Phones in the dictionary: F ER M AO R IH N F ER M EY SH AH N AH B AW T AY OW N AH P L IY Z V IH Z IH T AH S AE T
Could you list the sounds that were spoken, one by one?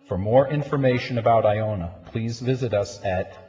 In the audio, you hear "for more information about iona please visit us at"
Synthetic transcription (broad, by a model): F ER M AO R IH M F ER M EY SH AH N AH B AW T AY OW N AH P L IY Z V IH Z IH T AH S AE T